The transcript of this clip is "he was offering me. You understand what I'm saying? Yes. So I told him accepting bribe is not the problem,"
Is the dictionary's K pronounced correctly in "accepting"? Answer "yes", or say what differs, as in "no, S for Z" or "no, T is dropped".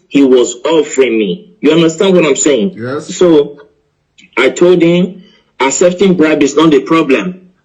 no, K is dropped